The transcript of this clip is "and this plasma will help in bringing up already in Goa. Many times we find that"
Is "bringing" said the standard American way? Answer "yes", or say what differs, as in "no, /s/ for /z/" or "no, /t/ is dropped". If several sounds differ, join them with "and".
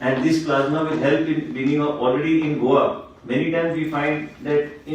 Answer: no, /ɹ/ is dropped